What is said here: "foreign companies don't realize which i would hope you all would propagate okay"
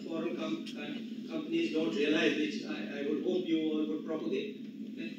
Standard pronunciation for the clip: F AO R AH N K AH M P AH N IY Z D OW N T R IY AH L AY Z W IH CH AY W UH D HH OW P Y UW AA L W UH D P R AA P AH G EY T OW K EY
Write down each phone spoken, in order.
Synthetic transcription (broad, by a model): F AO R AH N K AH M P AH N IY Z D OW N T R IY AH L AY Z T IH AY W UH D HH OW P Y UW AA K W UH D P R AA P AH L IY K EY